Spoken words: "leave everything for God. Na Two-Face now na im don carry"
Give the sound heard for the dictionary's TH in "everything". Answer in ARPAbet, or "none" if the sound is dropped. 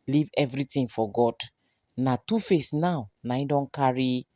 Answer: T